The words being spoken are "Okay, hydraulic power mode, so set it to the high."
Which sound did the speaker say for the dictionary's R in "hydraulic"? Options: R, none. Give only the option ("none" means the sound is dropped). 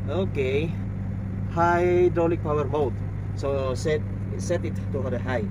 none